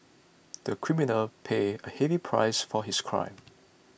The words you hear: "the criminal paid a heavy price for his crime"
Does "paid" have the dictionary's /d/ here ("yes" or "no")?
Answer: no